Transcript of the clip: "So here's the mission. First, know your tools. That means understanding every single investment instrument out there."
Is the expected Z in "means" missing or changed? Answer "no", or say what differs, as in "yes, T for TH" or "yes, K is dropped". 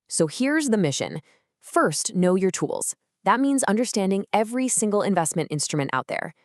no